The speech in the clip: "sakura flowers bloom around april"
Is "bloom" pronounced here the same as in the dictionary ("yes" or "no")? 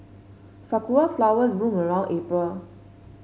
no